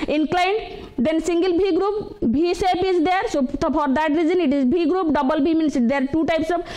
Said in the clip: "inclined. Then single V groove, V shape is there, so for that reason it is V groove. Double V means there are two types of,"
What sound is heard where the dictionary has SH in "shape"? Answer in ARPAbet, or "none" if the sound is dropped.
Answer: S